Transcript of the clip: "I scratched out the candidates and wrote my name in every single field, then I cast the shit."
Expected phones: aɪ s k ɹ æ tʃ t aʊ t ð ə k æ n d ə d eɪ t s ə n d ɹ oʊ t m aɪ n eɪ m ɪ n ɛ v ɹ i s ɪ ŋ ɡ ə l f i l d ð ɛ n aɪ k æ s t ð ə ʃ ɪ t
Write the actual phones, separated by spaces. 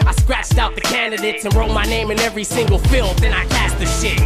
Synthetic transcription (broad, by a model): aɪ s k ɹ æ tʃ t aʊ t ð ə k æ n d ə d eɪ t s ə n ɹ oʊ t m aɪ n eɪ m ɪ n ɛ v ɹ i s ɪ ŋ ɡ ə l f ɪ l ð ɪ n aɪ k æ s t ð ə ʃ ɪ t